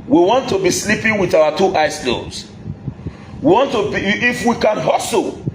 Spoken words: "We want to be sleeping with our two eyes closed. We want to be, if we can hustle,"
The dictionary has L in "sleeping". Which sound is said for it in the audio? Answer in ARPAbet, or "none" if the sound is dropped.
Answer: L